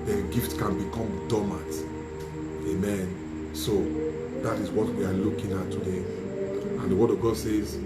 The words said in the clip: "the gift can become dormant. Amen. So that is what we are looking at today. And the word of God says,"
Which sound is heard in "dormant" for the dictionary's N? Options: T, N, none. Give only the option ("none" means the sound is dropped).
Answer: none